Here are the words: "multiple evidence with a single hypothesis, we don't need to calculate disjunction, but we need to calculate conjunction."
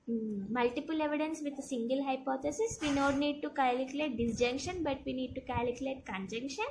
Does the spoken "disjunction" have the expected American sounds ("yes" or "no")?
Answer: yes